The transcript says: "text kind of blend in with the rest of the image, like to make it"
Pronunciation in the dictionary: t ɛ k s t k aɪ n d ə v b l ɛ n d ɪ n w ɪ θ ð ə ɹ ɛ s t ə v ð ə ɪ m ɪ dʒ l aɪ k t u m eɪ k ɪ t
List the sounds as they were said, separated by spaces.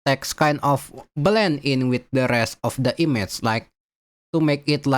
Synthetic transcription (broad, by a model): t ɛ k s k aɪ n d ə f b l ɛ n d ɪ n w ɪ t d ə ɹ ɛ s t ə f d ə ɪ m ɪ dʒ l aɪ k t u m eɪ k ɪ t